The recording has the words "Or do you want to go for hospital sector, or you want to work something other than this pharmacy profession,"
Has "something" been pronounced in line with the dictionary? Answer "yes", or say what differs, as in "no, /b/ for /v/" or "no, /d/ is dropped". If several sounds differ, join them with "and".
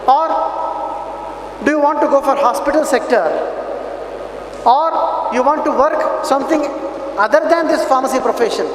no, /t/ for /θ/